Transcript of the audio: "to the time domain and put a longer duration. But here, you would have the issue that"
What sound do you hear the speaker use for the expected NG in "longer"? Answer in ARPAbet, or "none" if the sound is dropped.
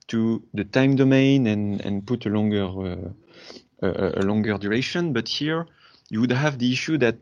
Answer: NG